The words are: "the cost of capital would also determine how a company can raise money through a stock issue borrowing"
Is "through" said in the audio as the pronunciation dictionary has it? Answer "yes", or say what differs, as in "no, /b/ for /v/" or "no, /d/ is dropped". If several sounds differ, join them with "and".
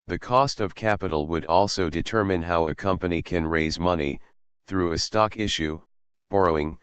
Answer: yes